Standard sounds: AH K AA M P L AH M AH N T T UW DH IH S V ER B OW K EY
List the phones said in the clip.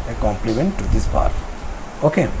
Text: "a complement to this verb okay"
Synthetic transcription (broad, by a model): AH K AA M P L AH M AH N T T UW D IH S P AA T OW K EY